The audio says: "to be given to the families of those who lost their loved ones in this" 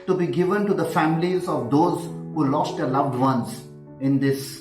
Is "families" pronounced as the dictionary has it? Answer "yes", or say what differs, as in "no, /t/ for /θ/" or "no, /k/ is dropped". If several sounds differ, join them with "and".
yes